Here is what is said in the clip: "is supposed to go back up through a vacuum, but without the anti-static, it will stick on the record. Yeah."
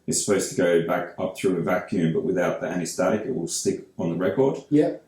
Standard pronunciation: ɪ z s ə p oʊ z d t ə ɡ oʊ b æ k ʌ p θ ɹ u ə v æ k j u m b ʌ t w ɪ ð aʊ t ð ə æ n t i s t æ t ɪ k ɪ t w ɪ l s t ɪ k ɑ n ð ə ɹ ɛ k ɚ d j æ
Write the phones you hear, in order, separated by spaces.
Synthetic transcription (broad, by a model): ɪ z s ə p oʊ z t ə ɡ oʊ b æ k ʌ p θ ɹ u ə v æ k j u m b ʌ t w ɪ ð aʊ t ð ə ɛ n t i s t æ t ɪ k ɪ t w ɪ l s t ɪ k n ð ə ɹ ɛ k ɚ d j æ